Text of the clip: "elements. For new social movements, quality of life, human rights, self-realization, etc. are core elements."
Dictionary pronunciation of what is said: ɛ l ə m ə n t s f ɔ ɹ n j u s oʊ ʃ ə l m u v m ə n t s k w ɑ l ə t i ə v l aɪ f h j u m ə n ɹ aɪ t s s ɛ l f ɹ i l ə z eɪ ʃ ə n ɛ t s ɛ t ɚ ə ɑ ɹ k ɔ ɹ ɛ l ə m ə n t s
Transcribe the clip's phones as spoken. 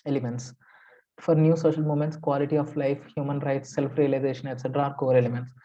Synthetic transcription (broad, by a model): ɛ l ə m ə n t s f ɔ ɹ n j u s oʊ ʃ ə l m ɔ m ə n t s k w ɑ l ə t i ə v l aɪ f h j u m ə n ɹ aɪ t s s ɛ l f ɹ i l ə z eɪ ʃ ə n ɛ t s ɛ t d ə ɑ ɹ k ɔ ɹ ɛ l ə m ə n t s